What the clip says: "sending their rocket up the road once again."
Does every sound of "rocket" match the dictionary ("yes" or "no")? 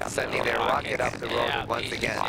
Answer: no